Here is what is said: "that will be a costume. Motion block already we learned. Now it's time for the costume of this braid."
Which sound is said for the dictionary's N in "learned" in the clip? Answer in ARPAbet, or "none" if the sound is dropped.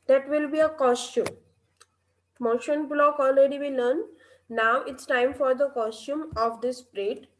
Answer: none